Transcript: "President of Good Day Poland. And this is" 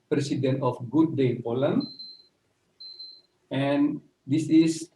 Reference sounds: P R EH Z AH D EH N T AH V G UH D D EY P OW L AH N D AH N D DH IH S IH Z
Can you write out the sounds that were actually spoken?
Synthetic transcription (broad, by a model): P R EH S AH D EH N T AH F G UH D D EY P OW L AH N AH N D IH S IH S